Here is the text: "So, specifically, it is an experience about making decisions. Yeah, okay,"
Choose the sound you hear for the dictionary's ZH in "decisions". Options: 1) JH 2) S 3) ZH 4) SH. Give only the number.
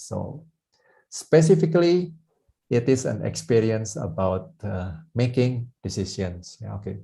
2